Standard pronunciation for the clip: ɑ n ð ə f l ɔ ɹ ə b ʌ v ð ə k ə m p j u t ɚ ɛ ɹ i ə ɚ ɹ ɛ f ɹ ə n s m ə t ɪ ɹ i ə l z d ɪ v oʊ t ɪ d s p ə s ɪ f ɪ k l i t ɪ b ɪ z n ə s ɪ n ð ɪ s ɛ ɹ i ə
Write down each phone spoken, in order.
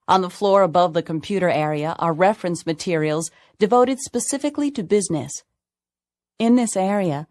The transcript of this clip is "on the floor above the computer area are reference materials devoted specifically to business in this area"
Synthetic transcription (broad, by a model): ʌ n ð ə f l ɔ ɹ ə b ʌ v ð ə k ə m p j u t ɚ ɛ ɹ i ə ɚ ɹ ɛ f ɹ ə n s m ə t ɪ ɹ i l z d ɪ v oʊ t ɪ d s p ə s ɪ f ɪ k l i t ɪ b ɪ z n ə s ɪ n ð ɪ s ɛ ɹ i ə